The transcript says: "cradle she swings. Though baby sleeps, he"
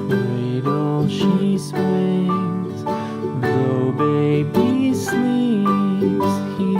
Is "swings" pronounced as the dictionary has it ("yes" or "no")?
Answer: no